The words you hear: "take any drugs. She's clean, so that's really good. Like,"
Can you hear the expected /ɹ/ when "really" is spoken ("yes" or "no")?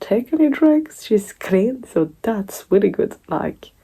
no